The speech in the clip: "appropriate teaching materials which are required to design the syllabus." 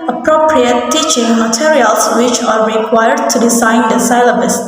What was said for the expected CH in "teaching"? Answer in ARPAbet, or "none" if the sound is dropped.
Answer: CH